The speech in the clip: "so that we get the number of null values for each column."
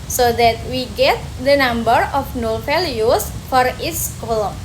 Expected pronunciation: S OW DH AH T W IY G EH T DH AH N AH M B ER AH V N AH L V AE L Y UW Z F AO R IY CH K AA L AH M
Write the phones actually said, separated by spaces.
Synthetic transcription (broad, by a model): S OW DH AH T W IY G EH T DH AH N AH M B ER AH F N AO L F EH L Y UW S F AO R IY S K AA L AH M